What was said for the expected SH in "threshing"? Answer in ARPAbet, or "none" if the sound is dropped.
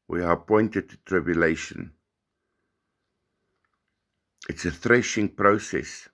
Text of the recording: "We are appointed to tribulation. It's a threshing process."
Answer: SH